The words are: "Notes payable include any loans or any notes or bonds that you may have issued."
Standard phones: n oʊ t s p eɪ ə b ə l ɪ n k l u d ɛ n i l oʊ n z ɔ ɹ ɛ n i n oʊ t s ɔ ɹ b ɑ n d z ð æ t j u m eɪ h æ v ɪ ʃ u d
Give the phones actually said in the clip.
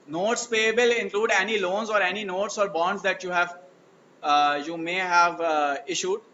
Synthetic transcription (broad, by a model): n oʊ t s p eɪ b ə l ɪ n k l u d ɛ n i l oʊ n z ɔ ɹ ɛ n i n oʊ t s ɔ ɹ b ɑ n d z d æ t j u m eɪ h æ v ɪ ʃ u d